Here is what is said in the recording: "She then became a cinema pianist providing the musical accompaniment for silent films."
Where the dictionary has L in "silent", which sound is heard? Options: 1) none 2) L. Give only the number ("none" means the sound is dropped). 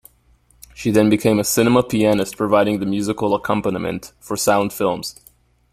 1